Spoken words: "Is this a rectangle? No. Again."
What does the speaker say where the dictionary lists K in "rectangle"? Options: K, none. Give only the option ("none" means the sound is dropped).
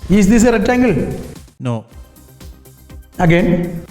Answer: none